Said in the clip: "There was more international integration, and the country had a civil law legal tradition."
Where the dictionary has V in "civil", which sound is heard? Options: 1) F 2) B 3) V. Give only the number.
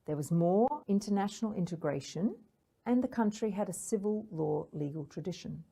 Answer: 3